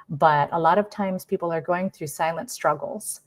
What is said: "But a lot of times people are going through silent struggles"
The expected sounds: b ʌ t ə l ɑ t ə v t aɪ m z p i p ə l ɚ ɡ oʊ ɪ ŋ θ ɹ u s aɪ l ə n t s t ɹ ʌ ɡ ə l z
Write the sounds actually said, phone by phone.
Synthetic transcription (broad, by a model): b ʌ t ə l ɑ t ə v t aɪ m z p i p l ɚ ɡ oʊ ɪ ŋ θ ɹ u s aɪ l ə n t s t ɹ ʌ ɡ l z